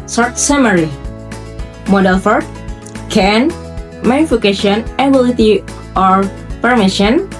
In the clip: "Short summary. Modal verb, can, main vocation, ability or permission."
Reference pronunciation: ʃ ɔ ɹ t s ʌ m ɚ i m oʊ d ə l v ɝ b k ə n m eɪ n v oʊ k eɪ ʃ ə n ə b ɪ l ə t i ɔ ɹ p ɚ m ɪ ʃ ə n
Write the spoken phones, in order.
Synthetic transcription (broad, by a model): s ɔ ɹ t s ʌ m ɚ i m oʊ d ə l f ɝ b k ə n m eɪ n f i k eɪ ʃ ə n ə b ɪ l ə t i ɔ ɹ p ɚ m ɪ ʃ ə n